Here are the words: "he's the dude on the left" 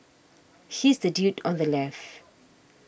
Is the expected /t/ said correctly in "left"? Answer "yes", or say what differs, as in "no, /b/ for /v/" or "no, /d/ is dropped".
no, /t/ is dropped